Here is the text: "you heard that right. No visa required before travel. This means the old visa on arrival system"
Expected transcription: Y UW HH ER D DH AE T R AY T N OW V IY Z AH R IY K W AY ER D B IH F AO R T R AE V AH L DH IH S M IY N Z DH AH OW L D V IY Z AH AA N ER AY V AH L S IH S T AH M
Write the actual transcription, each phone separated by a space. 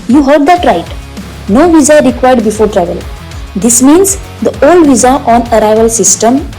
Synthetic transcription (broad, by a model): Y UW HH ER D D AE T R AY T N OW V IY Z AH R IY K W AY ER D B IH F AO R T R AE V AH L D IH S M IY N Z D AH OW L D V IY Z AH AA N ER AY V AH L S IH S T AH M